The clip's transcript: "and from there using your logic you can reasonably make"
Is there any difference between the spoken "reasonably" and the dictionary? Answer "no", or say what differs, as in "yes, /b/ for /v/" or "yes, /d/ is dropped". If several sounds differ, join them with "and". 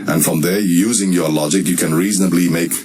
no